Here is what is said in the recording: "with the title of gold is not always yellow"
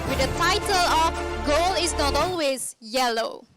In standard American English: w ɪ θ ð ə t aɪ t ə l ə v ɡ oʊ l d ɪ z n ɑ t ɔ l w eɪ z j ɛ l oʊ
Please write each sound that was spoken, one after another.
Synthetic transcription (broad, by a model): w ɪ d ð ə t aɪ t ə l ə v ɡ oʊ l ɪ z n ɑ t ɔ l w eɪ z j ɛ l oʊ